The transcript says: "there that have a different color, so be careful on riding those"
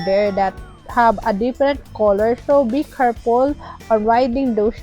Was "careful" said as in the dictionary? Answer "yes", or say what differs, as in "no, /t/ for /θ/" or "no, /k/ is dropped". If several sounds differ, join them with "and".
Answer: no, /p/ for /f/